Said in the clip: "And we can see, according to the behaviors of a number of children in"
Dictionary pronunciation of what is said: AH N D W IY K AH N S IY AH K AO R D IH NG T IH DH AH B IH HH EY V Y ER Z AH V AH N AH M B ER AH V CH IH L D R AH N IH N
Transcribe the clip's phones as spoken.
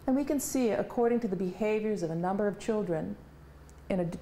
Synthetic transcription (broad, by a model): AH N W IY K AH N S IY AH K AO R D IH NG T IH DH AH B IH HH EY V Y ER Z AH V AH N AH M B ER AH V CH IH L D R AH N IH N